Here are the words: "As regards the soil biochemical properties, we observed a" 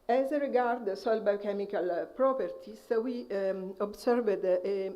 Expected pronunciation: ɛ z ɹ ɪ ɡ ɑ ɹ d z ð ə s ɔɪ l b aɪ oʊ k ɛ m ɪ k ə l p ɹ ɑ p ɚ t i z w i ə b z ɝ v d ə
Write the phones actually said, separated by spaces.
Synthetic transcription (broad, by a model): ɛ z ɹ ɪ ɡ ɑ ɹ d s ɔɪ l b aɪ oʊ k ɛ m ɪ k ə l p ɹ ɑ p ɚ t i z w i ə b s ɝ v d